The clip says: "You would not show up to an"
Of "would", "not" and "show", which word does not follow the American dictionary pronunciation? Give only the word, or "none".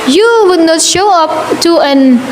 none